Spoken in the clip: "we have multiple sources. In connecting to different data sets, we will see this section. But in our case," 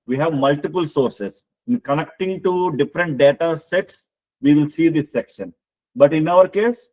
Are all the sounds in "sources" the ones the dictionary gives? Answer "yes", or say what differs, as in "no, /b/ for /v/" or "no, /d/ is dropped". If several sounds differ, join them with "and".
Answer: no, /s/ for /z/